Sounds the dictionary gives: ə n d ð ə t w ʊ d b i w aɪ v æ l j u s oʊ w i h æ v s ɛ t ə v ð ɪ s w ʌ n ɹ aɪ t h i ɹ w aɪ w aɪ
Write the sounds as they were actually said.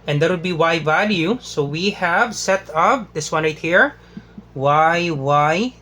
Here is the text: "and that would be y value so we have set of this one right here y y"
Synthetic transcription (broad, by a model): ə n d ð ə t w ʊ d b i w aɪ v æ l j u s oʊ w i h æ v s ɛ t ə p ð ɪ s w ʌ n ɹ aɪ t h i ɹ w aɪ w aɪ